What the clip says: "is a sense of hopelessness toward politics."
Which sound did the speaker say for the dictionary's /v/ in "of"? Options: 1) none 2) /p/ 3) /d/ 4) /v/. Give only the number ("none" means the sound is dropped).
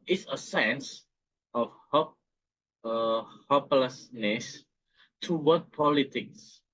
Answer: 2